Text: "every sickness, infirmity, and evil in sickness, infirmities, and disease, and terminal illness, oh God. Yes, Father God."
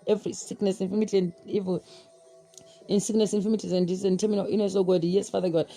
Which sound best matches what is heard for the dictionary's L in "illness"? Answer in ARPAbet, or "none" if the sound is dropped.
none